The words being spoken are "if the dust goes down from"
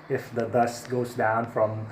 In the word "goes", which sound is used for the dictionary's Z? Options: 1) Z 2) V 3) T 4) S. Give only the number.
1